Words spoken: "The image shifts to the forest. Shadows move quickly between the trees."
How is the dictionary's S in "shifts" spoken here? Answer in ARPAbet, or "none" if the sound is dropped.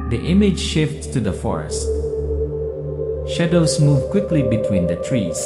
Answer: none